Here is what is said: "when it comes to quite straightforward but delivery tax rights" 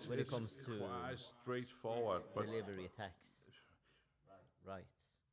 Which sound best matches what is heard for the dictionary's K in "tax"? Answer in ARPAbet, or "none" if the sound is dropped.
K